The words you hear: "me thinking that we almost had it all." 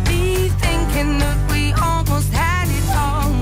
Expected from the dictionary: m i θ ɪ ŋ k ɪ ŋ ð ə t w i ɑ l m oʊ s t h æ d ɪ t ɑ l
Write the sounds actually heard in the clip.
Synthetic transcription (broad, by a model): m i θ ɪ ŋ k ɪ ŋ ð ə t w i ɑ l m oʊ s t h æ d ɪ t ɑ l